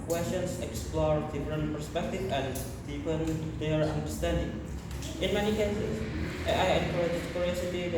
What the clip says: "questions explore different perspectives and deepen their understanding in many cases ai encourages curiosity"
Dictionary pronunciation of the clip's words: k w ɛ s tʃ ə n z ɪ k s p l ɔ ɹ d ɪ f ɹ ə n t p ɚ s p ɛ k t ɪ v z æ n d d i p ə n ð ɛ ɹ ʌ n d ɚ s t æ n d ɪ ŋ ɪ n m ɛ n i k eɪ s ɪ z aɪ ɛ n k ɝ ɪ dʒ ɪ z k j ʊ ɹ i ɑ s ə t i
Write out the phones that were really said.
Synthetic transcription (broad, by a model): k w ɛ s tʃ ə n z ɪ k s p l ɔ ɹ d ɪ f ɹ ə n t p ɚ s p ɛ k t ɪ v æ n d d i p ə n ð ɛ ɹ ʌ n d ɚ s t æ n d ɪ ŋ ɪ n m ɛ n i k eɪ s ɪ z aɪ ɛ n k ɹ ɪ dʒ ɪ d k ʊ ɹ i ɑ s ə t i